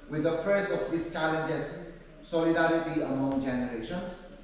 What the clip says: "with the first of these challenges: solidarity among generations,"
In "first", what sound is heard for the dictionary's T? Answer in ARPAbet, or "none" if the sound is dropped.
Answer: none